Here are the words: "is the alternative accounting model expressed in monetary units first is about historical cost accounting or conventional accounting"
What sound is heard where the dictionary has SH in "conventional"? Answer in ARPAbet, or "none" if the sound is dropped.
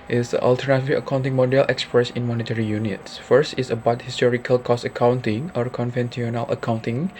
S